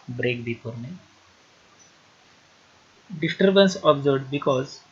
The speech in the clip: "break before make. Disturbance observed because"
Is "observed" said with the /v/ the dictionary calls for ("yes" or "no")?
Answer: no